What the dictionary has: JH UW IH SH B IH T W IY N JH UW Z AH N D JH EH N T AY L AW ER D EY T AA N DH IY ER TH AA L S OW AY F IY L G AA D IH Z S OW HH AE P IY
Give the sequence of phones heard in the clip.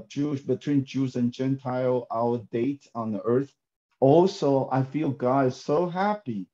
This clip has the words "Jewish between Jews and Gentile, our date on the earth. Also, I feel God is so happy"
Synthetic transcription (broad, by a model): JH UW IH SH B IH T W IY N JH UW Z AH N JH EH N T AY L AW ER D EY T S N DH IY ER TH AA L S OW AY F IY L G AA D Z S OW HH AE P IY